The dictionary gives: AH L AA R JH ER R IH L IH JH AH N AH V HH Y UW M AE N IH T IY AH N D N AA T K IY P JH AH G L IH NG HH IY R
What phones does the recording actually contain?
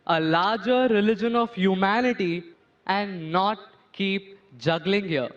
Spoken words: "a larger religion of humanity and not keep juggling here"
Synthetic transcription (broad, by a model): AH L AA R JH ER R IH L IH JH AH N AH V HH Y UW M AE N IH T IY AH N D N AA T K IY P JH AH G L IH NG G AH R